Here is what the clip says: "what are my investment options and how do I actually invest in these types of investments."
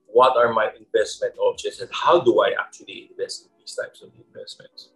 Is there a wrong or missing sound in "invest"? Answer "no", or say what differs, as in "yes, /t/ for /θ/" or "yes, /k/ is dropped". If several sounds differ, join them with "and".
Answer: no